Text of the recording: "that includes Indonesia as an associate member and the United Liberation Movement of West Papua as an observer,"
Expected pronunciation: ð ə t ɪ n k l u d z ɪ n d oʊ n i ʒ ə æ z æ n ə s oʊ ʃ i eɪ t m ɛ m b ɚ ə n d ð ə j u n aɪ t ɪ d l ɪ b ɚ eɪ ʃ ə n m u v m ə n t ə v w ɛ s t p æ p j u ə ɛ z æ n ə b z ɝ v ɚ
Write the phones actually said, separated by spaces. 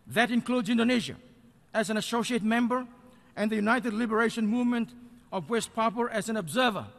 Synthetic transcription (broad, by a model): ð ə t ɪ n k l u d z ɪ n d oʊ n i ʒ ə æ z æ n ə s oʊ ʃ i eɪ t m ɛ m b ɚ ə n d ð ə j u n aɪ t ɪ d l ɪ b ɚ eɪ ʃ ə n m u v m ə n t ə v w ɛ s t p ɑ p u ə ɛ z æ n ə b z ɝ v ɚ